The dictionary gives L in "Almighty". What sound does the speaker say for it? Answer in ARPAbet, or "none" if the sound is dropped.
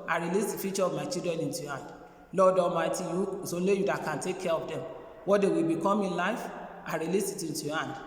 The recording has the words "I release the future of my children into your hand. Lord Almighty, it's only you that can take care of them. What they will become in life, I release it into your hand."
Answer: none